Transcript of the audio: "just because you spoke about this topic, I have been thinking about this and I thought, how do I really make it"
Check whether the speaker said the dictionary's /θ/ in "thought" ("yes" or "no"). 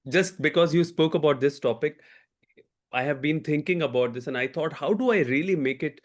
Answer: no